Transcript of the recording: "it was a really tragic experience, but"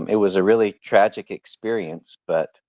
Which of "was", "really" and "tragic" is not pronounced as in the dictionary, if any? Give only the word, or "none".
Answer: none